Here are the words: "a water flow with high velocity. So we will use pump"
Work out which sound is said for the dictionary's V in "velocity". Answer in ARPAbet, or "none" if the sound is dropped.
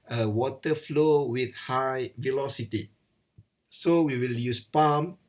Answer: V